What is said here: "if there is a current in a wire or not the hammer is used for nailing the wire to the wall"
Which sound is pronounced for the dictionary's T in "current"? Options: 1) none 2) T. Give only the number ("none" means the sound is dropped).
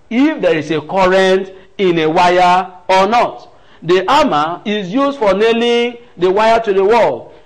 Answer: 2